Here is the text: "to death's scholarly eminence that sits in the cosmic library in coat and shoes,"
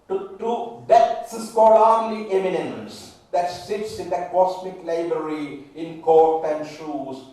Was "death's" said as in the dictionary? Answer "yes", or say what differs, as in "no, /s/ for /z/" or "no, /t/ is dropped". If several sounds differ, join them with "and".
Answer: no, /t/ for /θ/